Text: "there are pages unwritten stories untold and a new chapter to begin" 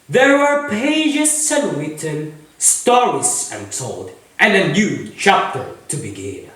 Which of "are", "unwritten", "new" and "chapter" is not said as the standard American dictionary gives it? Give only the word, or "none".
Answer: unwritten